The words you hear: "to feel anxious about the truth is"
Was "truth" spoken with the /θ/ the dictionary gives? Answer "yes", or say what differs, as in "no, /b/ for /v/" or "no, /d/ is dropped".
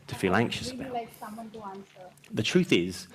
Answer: yes